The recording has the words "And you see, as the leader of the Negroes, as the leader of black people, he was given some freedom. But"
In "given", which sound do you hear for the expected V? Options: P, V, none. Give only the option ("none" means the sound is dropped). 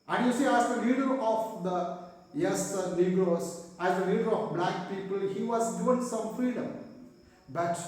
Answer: none